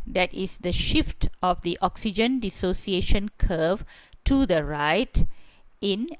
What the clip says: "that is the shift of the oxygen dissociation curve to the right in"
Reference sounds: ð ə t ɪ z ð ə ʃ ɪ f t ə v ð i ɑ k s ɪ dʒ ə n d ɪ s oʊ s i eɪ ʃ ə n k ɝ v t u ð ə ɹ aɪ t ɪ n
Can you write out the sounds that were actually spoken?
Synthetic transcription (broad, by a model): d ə t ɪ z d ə ʃ ɪ f t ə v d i ɑ k s ɪ dʒ ə n d ɪ s oʊ s i eɪ ʃ ə n k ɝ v t u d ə ɹ aɪ t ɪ n